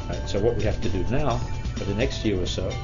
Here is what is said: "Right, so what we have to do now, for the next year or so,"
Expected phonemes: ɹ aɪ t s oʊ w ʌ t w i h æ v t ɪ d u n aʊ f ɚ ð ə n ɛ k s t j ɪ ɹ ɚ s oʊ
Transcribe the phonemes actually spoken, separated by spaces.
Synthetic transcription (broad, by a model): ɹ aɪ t s oʊ w ʌ t w i h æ f t ɪ d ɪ n aʊ f ɚ ð ə n ɛ k s t j ɪ ɹ ɚ s oʊ